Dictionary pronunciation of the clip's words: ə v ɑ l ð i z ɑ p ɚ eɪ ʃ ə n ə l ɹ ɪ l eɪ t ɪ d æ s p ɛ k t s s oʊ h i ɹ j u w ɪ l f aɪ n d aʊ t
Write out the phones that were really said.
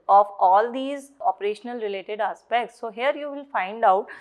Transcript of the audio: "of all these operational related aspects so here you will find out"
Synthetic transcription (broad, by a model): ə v ɑ l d i z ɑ p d eɪ ʃ ə n ə l ɹ ɪ l eɪ t ɪ d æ s p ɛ k t s s oʊ h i ɹ j u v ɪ l f aɪ n d aʊ t